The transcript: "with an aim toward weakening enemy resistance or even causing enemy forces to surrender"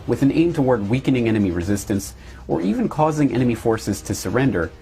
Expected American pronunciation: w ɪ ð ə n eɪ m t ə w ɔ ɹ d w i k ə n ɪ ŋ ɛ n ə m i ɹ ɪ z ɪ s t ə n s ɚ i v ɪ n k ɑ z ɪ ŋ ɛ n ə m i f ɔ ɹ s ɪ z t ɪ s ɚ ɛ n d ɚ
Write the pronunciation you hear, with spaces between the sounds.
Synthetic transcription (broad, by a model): w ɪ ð ə n eɪ m t ə w ɔ ɹ d w i k ə n ɪ ŋ ɛ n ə m i ɹ ɪ z ɪ s t ə n s ɚ i v ɪ n k ɑ z ɪ ŋ ɛ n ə m i f ɔ ɹ s ɪ z t ɪ s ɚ ɛ n d ɚ